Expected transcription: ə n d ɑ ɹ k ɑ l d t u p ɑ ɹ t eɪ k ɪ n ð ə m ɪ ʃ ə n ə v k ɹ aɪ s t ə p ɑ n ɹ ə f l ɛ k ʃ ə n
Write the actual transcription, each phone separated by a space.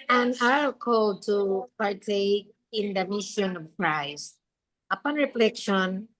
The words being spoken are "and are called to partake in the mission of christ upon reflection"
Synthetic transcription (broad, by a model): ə n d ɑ l k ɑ l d t u p ɑ ɹ t eɪ k ɪ n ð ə m ɪ ʃ ə n ə v k ɹ aɪ s t ə p ɑ n ɹ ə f l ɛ k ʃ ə n